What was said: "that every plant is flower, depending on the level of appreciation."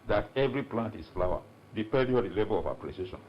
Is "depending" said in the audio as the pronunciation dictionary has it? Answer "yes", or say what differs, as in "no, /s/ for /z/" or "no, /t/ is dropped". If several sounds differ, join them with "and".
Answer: no, /n/ is dropped